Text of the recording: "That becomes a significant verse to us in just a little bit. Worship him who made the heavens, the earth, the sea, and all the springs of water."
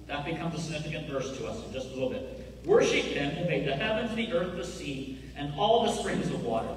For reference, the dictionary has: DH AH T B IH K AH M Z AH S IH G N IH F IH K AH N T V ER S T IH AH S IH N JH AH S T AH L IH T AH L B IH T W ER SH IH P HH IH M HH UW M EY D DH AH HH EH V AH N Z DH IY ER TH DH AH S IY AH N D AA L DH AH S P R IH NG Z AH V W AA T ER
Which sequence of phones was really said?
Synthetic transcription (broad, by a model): DH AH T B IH K AH M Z AH S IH G N IH F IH K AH N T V ER S T IH AH S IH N JH AH S T AH L IH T L B IH T W ER SH IH P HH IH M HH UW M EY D DH AH HH EH V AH N Z DH IY ER TH DH AH S IY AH N AA L DH AH S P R IH NG Z AH V W AA T ER